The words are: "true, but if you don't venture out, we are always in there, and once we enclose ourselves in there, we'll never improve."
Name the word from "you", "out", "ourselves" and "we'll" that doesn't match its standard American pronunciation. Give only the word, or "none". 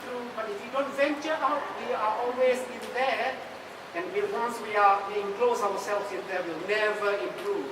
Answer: ourselves